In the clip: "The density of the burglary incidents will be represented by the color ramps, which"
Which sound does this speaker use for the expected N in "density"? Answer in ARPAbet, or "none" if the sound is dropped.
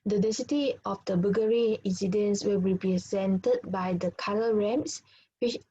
none